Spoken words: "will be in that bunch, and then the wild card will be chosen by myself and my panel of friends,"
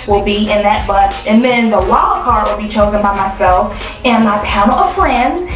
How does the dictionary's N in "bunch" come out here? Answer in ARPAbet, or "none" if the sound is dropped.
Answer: none